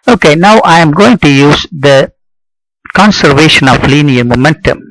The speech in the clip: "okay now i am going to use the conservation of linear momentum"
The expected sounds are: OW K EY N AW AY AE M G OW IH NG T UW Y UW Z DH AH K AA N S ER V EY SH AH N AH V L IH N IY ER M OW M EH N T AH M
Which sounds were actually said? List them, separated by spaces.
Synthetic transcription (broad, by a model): OW K EY N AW AY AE M G OW IH NG T UW Y UW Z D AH K AA N S ER V EY SH AH N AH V L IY N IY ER M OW M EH N T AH M